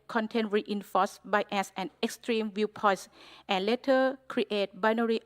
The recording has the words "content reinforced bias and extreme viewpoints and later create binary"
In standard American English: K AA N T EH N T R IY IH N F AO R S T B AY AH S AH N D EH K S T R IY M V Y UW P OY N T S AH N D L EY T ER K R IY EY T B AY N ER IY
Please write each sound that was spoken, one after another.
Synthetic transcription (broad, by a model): K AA N T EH N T R IY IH N F AO S B AY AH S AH N EH K S T R IY M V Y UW P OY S T AH N L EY T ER K R IY EY T B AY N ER IY